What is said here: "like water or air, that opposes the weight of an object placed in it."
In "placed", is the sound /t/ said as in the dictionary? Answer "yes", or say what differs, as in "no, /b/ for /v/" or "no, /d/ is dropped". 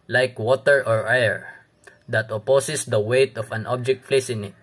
no, /t/ is dropped